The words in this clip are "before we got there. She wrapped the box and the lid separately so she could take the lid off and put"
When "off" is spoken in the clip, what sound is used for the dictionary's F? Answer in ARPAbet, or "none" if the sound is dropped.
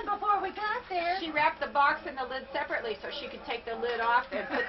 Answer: F